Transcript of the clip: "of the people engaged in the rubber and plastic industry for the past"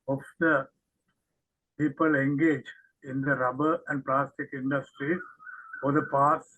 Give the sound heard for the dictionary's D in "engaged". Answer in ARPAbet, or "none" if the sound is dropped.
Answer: none